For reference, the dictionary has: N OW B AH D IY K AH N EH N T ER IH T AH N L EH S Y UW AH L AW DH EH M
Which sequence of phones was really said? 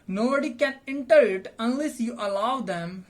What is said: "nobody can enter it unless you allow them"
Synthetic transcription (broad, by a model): N OW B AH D IY K AH N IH N T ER IH T AH N L EH S Y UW AH L AW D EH M